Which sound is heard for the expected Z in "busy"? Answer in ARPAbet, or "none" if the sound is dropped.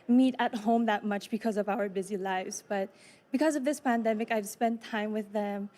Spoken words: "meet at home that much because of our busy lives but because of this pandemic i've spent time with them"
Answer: Z